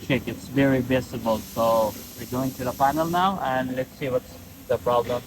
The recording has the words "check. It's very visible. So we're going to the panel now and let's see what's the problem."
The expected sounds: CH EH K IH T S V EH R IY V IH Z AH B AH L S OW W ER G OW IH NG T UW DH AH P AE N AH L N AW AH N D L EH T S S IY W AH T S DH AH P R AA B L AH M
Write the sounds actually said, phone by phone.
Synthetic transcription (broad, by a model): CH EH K IH T S V EH R IY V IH S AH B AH L S OW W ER G OW IH NG T UW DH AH F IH N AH L N AW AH N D L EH T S S IY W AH T S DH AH P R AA B L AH M